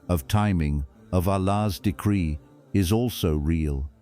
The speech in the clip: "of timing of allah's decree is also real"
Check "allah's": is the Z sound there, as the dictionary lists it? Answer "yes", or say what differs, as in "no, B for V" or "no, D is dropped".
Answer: yes